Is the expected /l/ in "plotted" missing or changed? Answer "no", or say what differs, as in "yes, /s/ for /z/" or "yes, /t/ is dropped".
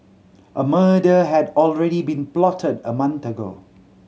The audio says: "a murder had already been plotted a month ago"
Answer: no